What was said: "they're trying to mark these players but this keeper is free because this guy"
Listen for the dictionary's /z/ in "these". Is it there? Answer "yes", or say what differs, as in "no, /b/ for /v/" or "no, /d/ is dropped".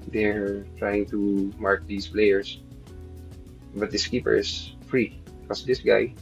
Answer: no, /s/ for /z/